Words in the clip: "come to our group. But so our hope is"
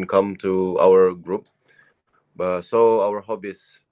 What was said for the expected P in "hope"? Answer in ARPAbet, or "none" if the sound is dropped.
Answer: B